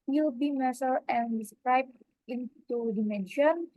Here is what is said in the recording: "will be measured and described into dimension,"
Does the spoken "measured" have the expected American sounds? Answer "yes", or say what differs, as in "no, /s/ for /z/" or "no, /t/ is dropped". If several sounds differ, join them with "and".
no, /s/ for /ʒ/